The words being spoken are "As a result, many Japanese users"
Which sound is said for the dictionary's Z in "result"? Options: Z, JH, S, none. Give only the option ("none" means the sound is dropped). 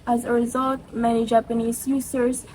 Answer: Z